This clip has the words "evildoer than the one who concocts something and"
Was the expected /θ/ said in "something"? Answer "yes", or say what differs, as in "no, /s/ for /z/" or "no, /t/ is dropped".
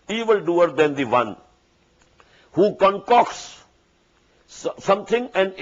no, /t/ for /θ/